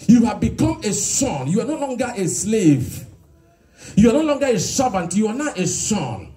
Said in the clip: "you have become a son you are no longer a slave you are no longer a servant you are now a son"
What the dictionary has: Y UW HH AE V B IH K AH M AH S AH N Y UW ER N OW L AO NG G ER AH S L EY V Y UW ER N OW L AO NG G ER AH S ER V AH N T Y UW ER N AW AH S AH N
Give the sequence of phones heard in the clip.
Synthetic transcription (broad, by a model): Y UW HH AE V B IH K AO M AH S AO N Y UW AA N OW L AO NG G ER AH S L EY V Y UW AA N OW L AO NG G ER AH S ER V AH N T Y UW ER N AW AH S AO N